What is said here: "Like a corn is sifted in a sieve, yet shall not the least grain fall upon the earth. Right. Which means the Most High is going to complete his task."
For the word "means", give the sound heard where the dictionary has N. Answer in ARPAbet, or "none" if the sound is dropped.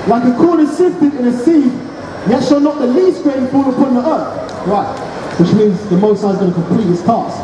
N